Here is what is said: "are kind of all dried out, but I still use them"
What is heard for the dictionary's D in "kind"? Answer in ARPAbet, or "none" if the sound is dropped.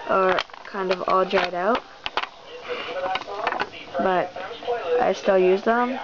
D